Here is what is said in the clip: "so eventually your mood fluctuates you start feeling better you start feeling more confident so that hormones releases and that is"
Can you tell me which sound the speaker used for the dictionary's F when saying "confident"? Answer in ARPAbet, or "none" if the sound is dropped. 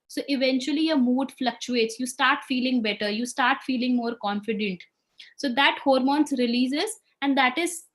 F